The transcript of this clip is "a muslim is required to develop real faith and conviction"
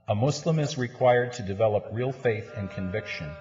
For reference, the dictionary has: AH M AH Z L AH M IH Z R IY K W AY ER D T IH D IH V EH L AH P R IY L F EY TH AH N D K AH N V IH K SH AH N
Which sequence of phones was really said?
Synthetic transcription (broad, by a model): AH M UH S L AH M IH Z R IY K W AY ER D T IH D IH V EH L AH P R IY L F EY TH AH N K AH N V IH K SH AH N